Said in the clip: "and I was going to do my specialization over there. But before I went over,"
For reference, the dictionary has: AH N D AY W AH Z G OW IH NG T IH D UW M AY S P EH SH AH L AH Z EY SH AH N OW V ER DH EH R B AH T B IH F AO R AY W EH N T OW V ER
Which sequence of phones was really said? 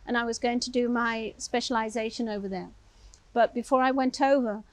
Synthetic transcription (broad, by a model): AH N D AY W AH Z G OW IH NG T IH D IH M AY S P EH SH AH L AH Z EY SH AH N OW V ER DH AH R B AH T B IH F AO R AY W EH N T OW V ER